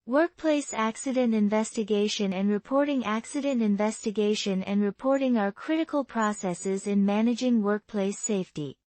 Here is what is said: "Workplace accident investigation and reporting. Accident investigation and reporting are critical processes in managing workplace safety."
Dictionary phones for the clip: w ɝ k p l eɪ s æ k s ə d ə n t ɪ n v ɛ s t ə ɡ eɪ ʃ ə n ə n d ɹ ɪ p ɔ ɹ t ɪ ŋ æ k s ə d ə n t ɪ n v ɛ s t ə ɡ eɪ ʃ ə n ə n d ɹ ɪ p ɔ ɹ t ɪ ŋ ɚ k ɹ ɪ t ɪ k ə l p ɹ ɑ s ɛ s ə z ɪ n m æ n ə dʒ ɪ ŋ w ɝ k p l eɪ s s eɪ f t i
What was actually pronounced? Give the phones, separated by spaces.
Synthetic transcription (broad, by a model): w ɝ k p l eɪ s æ k s ə d ə n t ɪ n v ɛ s t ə ɡ eɪ ʃ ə n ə n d ɹ ɪ p ɔ ɹ t ɪ ŋ æ k s ə d ə n t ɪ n v ɛ s t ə ɡ eɪ ʃ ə n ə n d ɹ ɪ p ɔ ɹ t ɪ ŋ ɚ k ɹ ɪ t ɪ k ə l p ɹ ɑ s ɛ s ə z ɪ n m æ n ə dʒ ɪ ŋ w ɝ k p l eɪ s s eɪ f t i